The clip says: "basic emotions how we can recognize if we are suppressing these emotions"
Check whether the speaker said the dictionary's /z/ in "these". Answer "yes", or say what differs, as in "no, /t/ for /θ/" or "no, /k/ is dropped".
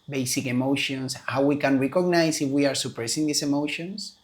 no, /s/ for /z/